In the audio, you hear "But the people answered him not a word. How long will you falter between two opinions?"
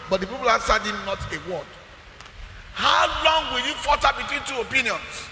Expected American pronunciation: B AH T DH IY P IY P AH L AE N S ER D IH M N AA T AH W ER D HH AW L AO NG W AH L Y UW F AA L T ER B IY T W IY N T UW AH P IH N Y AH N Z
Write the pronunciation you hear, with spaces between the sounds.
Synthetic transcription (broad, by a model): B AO T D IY P IY P AH L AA S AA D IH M N AA T AH W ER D HH AW L AO NG W AH L Y UW F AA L T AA B IY T W IY N T UW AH P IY N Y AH N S